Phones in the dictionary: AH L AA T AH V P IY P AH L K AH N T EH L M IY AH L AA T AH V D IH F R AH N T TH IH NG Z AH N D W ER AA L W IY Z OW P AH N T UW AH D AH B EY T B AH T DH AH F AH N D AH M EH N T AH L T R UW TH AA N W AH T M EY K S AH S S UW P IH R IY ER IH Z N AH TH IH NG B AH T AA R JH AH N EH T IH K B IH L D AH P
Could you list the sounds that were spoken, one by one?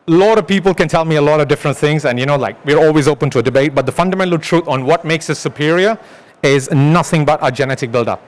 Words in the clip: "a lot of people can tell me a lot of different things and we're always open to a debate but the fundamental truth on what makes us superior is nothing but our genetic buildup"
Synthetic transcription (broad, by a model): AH L AA T AH V P IY P AH L K AH N T EH L M IY AH L AA T AH V D IH F R AH N T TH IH NG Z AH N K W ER AA L W IY Z OW P AH N T UW AH D AH B EY T B AH T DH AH F AH N D AH M EH N T AH L T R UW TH AA N W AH T M EY K S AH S S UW P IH R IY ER IH Z N AH TH IH NG B AH T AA JH AH N EH T IH K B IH L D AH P